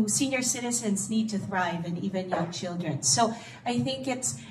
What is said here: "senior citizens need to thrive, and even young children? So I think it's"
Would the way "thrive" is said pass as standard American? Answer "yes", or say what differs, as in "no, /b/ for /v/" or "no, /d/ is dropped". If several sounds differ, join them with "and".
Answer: yes